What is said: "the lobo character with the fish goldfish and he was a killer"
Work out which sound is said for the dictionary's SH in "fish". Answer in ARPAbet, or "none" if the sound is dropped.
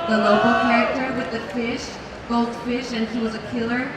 SH